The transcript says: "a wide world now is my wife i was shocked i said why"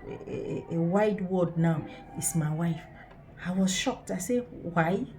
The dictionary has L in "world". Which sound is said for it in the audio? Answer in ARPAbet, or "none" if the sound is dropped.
none